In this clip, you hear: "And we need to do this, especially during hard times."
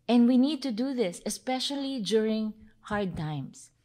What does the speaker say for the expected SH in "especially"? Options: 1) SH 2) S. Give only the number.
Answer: 1